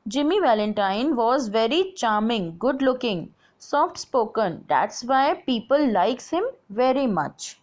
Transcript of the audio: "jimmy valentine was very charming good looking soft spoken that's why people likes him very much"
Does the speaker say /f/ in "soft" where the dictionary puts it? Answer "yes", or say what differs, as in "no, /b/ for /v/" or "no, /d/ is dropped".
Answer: yes